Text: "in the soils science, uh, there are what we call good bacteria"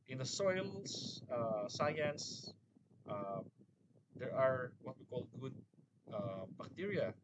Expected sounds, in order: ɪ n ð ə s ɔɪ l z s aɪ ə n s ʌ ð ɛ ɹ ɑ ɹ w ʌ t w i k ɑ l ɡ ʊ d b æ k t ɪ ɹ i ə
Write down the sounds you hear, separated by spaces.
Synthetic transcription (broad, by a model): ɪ n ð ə s ɔɪ l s s aɪ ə n s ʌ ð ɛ ɹ ɑ ɹ w ʌ t w i k ɑ l ɡ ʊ d b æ k t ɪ ɹ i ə